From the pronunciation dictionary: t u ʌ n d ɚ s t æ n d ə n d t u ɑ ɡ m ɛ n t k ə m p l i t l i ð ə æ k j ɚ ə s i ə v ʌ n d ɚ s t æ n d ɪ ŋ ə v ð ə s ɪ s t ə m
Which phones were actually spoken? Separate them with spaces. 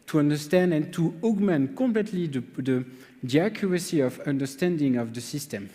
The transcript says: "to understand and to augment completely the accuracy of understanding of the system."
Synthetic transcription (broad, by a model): t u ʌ n d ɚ s t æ n d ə n t u ɑ ɡ m ɛ n t k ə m p l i t l i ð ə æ k j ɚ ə s i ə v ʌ n d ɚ s t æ n d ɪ ŋ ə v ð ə s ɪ s t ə m